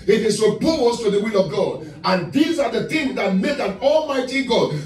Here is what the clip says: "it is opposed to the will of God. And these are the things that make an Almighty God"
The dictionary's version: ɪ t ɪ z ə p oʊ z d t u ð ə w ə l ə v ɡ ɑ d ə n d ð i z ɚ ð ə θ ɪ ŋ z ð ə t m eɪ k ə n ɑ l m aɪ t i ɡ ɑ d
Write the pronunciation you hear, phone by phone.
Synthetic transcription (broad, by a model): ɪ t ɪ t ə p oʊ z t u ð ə w ə l ə v ɡ ɑ d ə n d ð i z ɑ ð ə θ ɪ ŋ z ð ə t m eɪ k ə n ɑ l m aɪ t i ɡ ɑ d